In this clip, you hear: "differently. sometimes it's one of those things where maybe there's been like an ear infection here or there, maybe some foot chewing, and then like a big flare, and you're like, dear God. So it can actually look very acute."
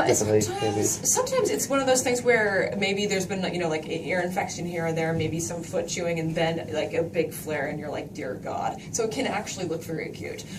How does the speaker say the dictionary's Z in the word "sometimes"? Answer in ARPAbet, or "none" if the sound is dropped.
Z